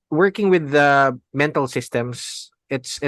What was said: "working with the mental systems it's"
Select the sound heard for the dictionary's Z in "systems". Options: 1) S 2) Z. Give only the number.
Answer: 1